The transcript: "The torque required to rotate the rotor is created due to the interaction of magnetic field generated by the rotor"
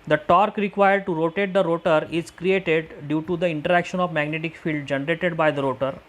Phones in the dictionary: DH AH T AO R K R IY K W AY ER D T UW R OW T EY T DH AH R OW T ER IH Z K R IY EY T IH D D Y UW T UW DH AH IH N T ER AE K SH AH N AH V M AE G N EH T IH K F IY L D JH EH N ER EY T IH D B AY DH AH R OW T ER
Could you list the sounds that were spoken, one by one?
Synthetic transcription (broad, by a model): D AH T AO R K R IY K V AY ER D T UW R OW T EY T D AH R OW T ER IH Z K R IY EY T IH D D Y UW T UW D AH IH N T ER AE K SH AH N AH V M AE G N EH T IH K F IY L D JH EH N ER EY T IH D B AY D AH R OW T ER